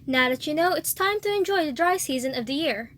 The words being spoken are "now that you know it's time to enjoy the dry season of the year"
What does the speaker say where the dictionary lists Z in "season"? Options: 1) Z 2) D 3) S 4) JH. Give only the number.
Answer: 1